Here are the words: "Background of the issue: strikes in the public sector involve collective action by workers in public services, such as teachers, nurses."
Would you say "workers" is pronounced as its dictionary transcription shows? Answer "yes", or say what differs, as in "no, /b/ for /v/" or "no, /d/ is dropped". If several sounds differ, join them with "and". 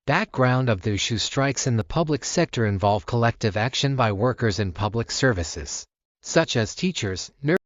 yes